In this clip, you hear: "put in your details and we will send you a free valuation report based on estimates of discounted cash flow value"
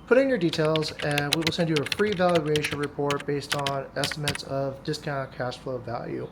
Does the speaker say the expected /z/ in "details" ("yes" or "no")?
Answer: yes